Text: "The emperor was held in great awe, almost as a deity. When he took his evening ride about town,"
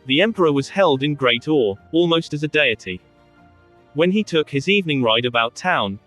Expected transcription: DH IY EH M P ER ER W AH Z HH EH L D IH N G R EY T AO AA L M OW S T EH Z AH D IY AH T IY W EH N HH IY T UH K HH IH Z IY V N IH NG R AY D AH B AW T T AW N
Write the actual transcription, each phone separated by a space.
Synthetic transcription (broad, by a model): DH IY EH M P ER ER W AH Z HH EH L D IH N G R EY T AO AA L M OW S T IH Z AH D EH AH T IY W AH N IY T UH K HH IH Z IY V N IH NG R AY D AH B AW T T AW N